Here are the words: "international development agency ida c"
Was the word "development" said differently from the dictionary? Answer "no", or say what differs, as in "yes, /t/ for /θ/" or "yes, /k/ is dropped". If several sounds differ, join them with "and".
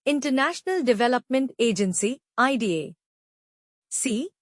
no